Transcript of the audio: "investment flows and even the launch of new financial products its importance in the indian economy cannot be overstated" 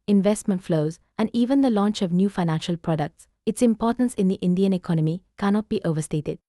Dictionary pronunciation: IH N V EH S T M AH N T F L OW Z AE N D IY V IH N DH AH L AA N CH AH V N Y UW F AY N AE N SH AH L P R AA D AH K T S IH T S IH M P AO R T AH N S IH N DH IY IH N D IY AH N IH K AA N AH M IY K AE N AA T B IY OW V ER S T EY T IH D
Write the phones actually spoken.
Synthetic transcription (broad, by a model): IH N V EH S T M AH N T F L OW Z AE N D IY V IH N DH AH L AA N CH AH V N Y UW F AY N AE N SH AH L P R AA D AH K T S IH T S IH M P AO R T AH N S IH N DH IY IH N D IY AH N IH K AA N AH M IY K AE N AA T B IY OW V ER S T EY T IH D